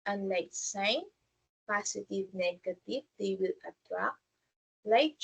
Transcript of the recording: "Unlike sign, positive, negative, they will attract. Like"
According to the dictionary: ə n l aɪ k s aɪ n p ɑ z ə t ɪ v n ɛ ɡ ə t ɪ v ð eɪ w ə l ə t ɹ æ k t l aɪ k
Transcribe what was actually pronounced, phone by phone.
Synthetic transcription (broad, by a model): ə n l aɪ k s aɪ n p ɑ s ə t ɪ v n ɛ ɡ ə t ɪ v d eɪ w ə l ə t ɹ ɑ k l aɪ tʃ